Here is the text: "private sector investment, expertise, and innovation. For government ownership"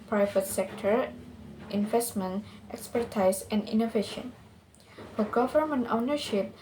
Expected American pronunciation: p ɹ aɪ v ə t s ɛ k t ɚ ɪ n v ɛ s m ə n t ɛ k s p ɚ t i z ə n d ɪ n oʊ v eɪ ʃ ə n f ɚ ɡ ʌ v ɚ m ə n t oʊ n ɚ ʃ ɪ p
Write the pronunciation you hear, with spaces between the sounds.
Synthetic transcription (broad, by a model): p ɹ aɪ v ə t s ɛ k t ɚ ɪ n v ɛ s m ə n t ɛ k s p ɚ t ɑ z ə n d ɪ n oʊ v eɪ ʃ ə n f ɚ ɡ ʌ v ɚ m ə n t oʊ n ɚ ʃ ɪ p